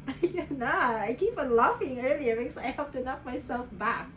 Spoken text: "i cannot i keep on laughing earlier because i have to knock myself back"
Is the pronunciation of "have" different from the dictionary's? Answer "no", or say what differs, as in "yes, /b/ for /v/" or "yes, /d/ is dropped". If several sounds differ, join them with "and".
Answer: yes, /p/ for /v/